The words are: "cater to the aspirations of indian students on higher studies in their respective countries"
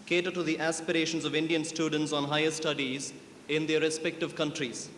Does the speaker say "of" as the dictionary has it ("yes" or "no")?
yes